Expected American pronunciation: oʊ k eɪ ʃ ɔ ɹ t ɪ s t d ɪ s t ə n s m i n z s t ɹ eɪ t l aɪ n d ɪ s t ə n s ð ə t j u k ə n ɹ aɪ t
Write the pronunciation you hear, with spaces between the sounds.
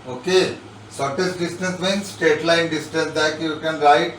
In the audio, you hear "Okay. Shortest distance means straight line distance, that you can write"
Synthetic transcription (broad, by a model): oʊ k eɪ s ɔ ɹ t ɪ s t d ɪ s t ə n s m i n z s t eɪ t l aɪ n d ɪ s t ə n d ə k j u k ə n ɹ aɪ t